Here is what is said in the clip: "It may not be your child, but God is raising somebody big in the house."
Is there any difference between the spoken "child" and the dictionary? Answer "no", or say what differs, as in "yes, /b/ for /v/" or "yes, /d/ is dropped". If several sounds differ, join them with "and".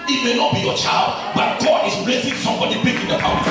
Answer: no